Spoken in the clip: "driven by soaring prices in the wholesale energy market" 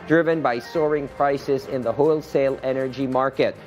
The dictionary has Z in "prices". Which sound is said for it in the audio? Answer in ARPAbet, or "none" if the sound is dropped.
Z